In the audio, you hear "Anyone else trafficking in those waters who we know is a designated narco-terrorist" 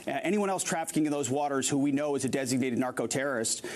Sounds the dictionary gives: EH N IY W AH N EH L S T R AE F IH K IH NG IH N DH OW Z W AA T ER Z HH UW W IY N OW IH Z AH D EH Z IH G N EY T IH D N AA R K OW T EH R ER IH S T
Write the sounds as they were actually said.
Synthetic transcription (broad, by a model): EH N IY W AH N EH L S T R AE F IH K IH NG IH N DH OW Z W AA T ER Z HH UW W IY N OW IH Z AH D EH Z IH G N EY T IH D N AA R K OW T EH R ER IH S T